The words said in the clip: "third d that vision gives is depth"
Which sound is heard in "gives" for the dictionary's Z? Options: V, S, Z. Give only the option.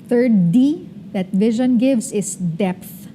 S